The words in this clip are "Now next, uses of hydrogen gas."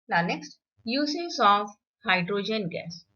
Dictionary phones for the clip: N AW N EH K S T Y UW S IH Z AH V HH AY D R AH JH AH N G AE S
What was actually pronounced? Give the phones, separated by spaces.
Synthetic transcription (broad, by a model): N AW N EH K S T Y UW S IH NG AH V HH AY D R AH JH AH N G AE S